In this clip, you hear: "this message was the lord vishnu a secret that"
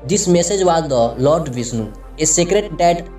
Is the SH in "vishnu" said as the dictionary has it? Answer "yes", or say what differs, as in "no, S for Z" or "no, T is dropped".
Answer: no, S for SH